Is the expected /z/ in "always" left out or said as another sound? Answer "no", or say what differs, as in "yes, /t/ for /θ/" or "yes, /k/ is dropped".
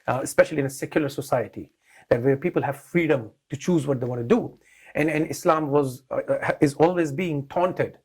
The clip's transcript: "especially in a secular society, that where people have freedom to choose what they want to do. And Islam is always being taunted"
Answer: no